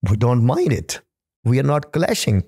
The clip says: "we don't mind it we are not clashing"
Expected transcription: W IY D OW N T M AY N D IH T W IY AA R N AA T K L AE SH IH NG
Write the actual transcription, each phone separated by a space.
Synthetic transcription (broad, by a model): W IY D OW N T M AY N D IH T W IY AA R N AA T K L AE SH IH NG